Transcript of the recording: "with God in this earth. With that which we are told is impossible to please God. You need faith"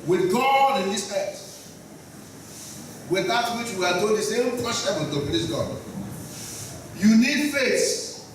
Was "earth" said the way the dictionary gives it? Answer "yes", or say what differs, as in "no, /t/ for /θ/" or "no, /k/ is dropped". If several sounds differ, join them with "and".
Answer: no, /t/ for /θ/